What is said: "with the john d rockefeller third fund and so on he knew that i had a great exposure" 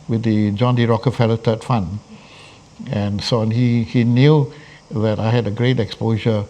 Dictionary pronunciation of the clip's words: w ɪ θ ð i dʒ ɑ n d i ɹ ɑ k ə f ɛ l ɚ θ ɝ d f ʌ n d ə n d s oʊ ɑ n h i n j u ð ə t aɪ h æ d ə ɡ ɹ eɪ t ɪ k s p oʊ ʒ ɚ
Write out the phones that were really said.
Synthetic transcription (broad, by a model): w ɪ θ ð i dʒ ɑ n d i ɹ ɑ k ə f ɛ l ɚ t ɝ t f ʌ n ə n s oʊ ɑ n h i n j u ð ə t aɪ h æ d ə ɡ ɹ eɪ t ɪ k s p oʊ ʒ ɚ